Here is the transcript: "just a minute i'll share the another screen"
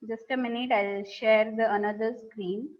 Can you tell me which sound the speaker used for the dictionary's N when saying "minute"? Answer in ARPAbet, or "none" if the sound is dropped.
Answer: N